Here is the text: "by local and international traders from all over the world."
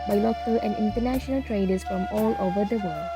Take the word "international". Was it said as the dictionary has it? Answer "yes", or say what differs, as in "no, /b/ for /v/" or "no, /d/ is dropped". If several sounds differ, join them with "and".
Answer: yes